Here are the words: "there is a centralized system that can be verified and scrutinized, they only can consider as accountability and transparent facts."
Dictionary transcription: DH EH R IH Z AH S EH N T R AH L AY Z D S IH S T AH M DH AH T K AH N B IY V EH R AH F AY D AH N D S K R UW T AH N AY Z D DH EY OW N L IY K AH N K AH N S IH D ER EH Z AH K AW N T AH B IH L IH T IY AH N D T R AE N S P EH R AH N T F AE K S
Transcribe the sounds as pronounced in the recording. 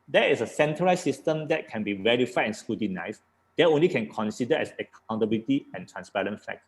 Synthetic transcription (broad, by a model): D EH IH S AH S EH N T AH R AY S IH S T AH M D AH T K AH N B IY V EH R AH F AY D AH N S K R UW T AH N AY S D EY OW N L IY K AH N K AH N S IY D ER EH S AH K AW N T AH B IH L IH T IY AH N T R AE N S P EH R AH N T F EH K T